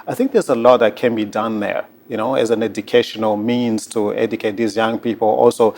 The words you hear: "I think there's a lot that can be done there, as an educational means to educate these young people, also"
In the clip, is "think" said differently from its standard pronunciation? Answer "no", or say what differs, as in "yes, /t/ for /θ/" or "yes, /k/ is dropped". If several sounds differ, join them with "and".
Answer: no